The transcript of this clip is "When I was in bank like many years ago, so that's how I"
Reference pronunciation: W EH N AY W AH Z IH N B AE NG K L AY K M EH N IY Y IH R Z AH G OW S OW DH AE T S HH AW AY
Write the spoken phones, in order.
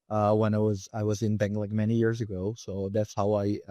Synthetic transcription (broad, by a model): W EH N AY W AH Z IH N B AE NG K L AY K M EH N IY Y IH R Z AH G OW S OW DH AE T S HH AW AY